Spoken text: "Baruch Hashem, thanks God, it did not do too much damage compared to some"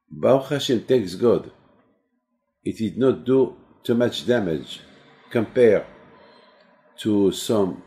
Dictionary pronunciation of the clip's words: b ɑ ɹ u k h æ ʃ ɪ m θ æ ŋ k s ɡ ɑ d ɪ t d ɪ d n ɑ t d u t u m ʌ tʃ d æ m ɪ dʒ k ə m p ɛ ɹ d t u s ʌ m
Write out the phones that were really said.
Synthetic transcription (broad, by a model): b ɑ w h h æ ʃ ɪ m t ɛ k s ɡ ɑ d ɪ t d ɪ d n ɑ t d u t u m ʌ tʃ d æ m ɪ dʒ k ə m p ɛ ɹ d t u s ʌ m